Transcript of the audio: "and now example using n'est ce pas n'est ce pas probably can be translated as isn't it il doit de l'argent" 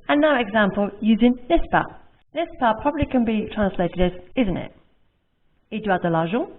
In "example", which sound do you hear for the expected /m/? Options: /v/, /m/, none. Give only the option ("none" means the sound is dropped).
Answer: /m/